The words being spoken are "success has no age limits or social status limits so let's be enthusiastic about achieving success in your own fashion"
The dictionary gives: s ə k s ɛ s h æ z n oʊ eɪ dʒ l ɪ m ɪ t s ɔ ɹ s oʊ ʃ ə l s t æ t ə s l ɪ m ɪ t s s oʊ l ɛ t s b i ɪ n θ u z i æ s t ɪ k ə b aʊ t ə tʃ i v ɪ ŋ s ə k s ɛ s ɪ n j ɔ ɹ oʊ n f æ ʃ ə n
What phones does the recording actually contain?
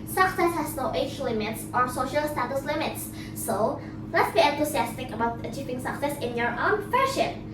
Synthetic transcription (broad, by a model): s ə k s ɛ s h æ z n oʊ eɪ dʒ l ɪ m ɪ t s ɔ ɹ s oʊ ʃ ə l s t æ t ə s l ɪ m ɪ t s s oʊ l ɛ t s b i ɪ n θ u s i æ s t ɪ k ə b aʊ t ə tʃ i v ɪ ŋ s ə k s ɛ s ɪ n j ɔ ɹ oʊ n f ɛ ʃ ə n